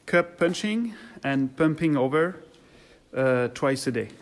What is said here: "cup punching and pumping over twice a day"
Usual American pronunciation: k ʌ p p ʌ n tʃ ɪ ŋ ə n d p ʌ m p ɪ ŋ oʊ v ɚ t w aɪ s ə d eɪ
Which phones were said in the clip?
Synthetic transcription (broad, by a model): k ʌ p p ʌ n tʃ ɪ ŋ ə n p ʌ m p ɪ ŋ oʊ v ɚ t w aɪ s ə d eɪ